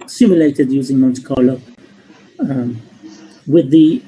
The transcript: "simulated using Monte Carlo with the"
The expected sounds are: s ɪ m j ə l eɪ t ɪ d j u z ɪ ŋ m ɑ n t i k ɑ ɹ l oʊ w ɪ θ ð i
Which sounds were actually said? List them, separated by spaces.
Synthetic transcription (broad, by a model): s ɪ m j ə l eɪ t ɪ d j u z ɪ ŋ m ɑ n t i k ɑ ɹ l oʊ w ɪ ð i